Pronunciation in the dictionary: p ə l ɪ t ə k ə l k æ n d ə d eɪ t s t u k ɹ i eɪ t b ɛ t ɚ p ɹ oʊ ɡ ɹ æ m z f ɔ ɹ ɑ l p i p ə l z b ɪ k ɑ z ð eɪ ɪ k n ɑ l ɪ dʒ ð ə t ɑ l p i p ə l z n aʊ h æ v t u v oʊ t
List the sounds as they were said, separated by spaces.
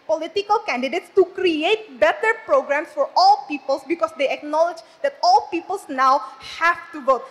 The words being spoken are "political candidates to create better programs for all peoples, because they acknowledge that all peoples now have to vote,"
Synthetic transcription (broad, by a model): p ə l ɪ t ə k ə l k æ n d ə d eɪ t s t u k ɹ i eɪ t b ɛ t ɚ p ɹ oʊ ɡ ɹ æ m s f ɔ ɹ ɑ l p i p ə l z b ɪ k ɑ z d eɪ ɪ k n ɑ l ɪ dʒ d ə t ɑ l p i p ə l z n aʊ h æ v t u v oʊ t